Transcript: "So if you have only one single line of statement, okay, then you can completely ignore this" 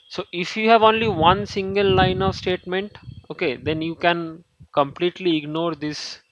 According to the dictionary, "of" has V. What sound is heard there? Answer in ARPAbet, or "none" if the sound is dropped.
V